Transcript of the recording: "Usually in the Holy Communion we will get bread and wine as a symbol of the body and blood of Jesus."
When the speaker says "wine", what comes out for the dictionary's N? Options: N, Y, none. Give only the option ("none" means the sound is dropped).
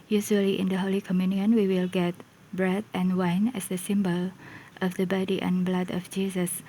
N